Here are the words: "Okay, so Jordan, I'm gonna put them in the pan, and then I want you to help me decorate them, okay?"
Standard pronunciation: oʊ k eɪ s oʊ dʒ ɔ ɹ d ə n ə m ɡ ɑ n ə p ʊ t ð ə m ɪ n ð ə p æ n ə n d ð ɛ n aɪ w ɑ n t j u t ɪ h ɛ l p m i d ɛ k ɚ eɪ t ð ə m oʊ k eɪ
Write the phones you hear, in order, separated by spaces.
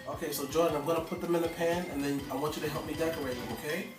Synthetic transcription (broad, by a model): oʊ k eɪ s oʊ dʒ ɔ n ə ə m ɡ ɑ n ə p ʊ t ð ə m ɪ n ð ə p æ n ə n ð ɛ n aɪ w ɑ n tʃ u t ɪ h ɛ l p m i d ɛ k ɚ eɪ t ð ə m oʊ k eɪ